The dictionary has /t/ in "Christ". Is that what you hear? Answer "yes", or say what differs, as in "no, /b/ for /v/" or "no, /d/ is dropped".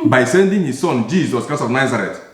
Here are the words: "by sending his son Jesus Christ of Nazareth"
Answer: no, /t/ is dropped